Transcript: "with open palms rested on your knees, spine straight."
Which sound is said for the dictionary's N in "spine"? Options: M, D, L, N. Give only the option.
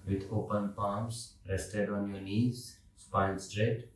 L